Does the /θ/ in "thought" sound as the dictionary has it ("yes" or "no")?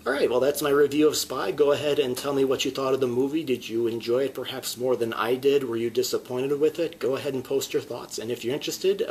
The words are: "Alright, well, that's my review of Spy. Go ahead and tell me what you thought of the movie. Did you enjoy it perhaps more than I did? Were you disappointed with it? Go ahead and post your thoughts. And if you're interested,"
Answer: yes